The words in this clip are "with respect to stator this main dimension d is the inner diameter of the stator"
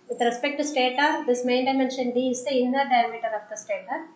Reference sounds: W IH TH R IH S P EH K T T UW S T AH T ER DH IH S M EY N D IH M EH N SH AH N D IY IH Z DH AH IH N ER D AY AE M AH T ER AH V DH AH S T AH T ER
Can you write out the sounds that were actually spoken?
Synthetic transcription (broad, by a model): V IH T R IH S P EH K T T UW S T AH T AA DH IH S M EY N D IH M EH N SH AH N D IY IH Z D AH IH N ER D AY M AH T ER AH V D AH S T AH T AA